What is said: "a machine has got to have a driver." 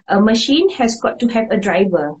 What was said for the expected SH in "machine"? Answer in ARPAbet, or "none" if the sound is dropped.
SH